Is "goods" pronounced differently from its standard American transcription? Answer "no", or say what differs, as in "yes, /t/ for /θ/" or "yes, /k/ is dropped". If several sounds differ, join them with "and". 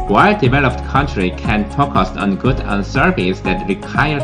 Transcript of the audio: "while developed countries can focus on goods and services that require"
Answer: yes, /z/ is dropped